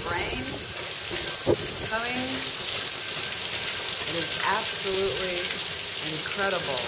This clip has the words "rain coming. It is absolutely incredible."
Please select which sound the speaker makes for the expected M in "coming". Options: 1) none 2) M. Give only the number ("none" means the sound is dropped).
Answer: 1